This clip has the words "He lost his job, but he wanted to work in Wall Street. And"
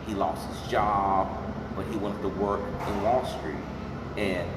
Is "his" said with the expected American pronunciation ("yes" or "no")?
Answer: yes